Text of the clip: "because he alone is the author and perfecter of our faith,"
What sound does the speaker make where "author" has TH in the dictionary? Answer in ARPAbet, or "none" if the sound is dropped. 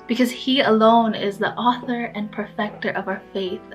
TH